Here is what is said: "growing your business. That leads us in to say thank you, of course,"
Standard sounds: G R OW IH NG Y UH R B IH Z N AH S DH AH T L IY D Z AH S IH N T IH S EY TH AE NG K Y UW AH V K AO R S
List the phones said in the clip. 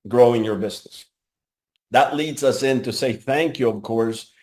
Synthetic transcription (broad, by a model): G R OW IH NG Y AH R B IH Z N AH S DH AH T L IY D Z AH S IH N T IH S EY TH AE NG K Y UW AH V K AO R S